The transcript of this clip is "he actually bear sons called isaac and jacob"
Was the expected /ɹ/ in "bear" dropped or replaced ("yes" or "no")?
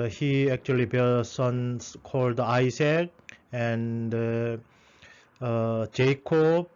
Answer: yes